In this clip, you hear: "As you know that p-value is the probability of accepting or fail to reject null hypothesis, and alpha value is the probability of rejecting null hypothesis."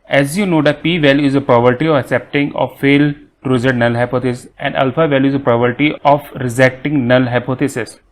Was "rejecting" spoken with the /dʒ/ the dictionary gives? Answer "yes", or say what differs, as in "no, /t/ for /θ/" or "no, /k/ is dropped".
no, /z/ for /dʒ/